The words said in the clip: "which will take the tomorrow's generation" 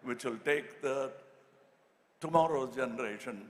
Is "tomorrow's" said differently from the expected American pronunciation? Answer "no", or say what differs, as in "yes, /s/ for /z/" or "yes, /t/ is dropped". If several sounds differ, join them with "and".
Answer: yes, /z/ is dropped